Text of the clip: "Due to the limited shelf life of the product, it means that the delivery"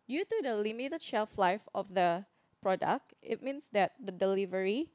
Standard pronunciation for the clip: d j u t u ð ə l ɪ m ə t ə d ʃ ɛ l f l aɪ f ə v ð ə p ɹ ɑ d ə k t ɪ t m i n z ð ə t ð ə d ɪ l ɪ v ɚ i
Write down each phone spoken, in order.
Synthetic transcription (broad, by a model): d j u t u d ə l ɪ m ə t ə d ʃ ɛ l f l aɪ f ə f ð ə p ɹ ɑ d ə k t ɪ t m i n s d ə t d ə d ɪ l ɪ v ɚ i